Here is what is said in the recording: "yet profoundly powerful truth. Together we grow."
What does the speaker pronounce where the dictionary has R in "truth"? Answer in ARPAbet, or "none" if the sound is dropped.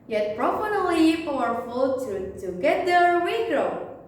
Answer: none